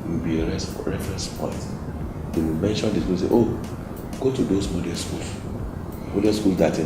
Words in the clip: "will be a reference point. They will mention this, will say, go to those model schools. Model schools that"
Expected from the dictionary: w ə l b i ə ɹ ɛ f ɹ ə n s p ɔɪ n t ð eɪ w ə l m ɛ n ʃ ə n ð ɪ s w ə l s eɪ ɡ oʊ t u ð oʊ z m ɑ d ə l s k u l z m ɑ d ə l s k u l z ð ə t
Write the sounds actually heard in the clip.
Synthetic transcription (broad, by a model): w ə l b i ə ɹ ɛ f ɹ ə n s p ɔɪ n t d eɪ w ə l m ɛ n ʃ ə n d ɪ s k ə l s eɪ ɡ oʊ t u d oʊ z m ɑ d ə s k u l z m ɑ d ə s k u l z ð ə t